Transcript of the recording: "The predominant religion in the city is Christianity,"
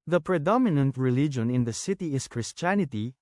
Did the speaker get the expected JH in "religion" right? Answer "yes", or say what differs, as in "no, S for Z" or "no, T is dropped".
yes